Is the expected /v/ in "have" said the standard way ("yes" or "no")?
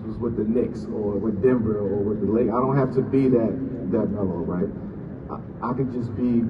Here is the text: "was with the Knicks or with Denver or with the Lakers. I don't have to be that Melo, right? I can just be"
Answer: no